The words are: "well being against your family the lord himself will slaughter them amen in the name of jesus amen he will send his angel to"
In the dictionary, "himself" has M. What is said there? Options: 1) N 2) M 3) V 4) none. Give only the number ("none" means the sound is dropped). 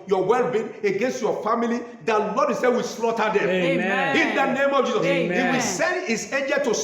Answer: 4